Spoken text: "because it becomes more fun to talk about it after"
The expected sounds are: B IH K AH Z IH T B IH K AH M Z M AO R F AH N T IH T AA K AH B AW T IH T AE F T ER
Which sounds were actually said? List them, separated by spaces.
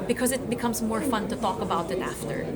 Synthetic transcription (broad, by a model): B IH K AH Z IH T B IH K AH M Z M AO R F AH N T IH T AA K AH B AW T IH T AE F T ER